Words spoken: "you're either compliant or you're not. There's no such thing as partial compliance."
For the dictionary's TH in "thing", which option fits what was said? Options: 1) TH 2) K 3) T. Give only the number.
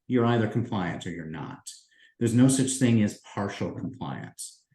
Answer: 1